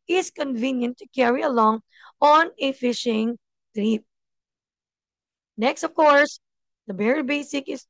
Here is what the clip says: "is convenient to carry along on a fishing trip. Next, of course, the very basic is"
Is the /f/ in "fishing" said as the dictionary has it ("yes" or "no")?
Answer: yes